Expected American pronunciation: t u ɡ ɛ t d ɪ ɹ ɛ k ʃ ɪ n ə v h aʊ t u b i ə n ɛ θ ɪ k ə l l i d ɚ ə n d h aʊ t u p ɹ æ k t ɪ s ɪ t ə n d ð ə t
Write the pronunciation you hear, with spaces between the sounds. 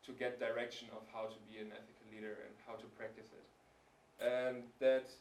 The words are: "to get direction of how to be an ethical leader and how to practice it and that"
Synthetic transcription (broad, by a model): t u ɡ ɛ t d ɪ ɹ ɛ k ʃ ɪ n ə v h aʊ t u b i ə n ɛ θ ɪ k ə l l i d ɚ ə n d h aʊ t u p ɹ æ k t ɪ s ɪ t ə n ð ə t